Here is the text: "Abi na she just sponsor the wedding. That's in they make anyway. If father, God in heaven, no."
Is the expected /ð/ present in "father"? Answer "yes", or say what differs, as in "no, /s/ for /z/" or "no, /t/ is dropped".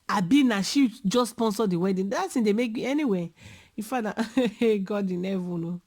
no, /ð/ is dropped